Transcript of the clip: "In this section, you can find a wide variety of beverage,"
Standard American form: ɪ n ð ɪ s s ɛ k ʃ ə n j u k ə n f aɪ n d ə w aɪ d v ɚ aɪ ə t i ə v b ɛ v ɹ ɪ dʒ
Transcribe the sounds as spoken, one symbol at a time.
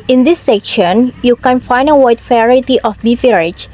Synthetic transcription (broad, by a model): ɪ n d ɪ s s ɛ k ʃ ə n j u k ə n f aɪ n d ə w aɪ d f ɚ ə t i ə f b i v ɹ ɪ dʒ